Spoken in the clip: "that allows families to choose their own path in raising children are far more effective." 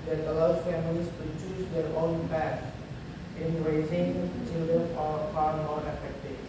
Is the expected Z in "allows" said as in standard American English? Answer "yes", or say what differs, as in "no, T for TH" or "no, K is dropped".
no, Z is dropped